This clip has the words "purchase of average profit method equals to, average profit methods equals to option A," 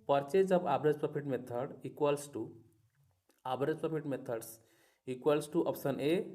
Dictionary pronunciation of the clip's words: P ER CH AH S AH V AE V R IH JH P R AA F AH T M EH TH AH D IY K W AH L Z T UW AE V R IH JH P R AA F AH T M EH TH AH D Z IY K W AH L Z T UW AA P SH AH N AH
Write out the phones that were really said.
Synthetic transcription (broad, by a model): P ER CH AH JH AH B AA B R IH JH P R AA P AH T M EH T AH D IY K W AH L S T UW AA B R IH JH P R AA P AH T M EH T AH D S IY K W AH L S T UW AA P S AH N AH